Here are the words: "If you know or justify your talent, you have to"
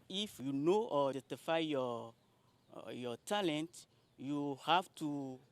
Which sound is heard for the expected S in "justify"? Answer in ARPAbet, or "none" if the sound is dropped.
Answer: none